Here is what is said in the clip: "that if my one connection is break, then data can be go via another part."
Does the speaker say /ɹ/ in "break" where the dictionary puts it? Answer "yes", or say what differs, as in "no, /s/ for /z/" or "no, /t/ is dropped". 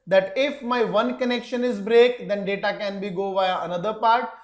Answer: yes